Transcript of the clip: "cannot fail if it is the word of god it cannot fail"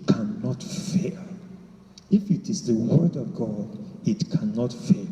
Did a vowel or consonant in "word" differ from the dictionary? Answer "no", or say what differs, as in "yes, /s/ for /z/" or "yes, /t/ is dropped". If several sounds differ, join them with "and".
no